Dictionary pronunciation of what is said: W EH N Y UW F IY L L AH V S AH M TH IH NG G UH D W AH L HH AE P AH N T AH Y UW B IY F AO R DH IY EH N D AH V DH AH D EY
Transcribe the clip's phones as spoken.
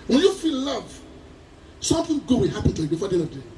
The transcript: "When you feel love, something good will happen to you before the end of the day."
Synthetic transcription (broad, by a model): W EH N Y UW F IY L L AH V S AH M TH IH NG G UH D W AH HH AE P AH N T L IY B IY F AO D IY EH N AH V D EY